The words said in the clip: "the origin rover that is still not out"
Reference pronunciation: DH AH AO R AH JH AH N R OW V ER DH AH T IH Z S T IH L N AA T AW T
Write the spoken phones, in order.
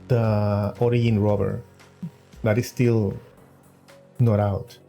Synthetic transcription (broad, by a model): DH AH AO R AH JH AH N R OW B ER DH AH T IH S T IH L N AA T AW T